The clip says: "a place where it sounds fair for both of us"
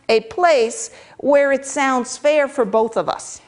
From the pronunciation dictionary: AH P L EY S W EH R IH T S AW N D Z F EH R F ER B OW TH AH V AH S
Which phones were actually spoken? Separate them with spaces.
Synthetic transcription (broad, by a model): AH P L EY S W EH R IH T S AW N D Z F EH R F ER B OW TH AH V AH S